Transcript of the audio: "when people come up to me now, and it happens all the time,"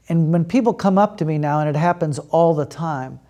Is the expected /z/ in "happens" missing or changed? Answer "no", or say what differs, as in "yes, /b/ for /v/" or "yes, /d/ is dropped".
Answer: no